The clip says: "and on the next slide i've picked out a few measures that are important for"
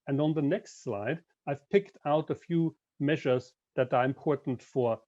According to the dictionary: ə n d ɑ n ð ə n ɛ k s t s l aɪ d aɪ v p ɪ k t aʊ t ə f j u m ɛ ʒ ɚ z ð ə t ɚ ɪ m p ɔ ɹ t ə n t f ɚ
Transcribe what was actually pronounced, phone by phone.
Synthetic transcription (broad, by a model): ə n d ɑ n ð ə n ɛ k s t s l aɪ d aɪ v p ɪ k t aʊ t ə f j u m ɛ ʒ ɚ z ð ə t ɚ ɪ m p ɔ ɹ t n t f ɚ